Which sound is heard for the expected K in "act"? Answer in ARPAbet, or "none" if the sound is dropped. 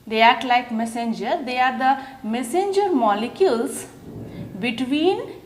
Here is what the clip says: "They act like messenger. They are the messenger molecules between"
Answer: none